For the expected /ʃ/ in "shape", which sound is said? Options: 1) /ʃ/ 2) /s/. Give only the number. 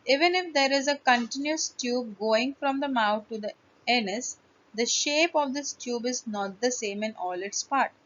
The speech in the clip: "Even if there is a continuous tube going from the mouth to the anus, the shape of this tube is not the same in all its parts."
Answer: 1